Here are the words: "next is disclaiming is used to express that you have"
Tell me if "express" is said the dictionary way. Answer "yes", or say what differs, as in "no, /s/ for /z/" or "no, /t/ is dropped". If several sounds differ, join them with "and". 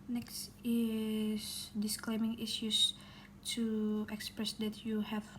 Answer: yes